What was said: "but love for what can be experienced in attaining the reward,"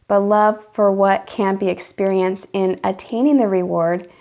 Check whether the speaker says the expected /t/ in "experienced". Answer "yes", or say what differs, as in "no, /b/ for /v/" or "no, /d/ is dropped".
yes